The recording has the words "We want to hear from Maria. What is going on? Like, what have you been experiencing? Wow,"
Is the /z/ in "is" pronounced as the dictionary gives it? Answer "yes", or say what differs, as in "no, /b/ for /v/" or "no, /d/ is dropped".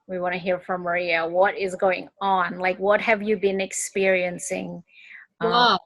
yes